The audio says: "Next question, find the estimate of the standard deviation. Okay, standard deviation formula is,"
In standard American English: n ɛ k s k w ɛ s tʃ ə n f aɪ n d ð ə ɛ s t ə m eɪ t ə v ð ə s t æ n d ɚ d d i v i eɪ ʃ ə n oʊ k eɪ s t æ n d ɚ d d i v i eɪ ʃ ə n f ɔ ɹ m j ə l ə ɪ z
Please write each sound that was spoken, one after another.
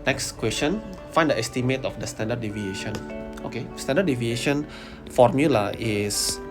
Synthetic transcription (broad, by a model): n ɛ k s k w ɛ s tʃ ə n f aɪ n d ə ɛ s t ə m eɪ t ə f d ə s t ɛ n d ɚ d d i v i eɪ ʃ ə n oʊ k eɪ s t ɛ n d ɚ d d i v i eɪ ʃ ə n f ɔ ɹ m j ə l ə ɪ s